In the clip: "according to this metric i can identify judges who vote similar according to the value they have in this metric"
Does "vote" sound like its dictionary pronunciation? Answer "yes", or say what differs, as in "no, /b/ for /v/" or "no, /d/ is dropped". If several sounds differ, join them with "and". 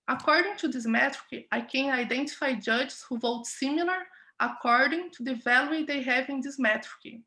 yes